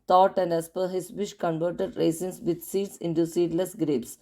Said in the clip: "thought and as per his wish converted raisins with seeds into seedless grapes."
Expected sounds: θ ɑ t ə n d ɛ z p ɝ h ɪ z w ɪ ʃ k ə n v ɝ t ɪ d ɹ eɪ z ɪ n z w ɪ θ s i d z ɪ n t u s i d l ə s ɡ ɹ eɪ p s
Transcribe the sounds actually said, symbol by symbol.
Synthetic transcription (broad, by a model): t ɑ t ə n d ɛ s p ɝ h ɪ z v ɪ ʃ k ə n v ɝ t ɪ d ɹ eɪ s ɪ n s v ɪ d s i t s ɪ n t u s i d l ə s ɡ ɹ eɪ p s